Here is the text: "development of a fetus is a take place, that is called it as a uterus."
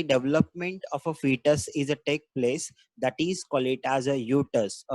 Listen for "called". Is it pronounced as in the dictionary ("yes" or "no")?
no